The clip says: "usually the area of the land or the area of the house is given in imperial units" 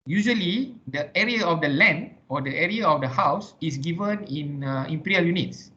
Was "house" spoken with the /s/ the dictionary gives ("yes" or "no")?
yes